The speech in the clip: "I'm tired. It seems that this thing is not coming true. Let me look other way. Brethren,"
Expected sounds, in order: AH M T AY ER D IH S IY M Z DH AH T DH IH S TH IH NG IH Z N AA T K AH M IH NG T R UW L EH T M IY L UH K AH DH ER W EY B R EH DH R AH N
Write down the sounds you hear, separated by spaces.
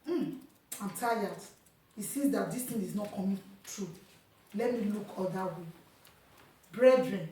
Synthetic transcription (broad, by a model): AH M T AY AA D IH S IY Z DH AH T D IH S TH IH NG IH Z N AA T K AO M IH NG T R UW L EH T M IY L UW K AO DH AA W EY B R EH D R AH N